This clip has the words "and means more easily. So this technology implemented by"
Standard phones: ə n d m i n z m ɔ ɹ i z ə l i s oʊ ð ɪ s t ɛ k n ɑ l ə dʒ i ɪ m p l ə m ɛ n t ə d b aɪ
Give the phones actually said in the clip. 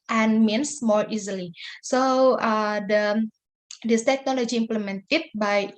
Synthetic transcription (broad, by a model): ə n m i n s m ɔ ɹ i z ə l i s oʊ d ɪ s t ɛ k n ɑ l ə dʒ i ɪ m p l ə m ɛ n t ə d b aɪ